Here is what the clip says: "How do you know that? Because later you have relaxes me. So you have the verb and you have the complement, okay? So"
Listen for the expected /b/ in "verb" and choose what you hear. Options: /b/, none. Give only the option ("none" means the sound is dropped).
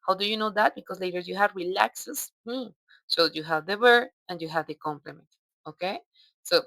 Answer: none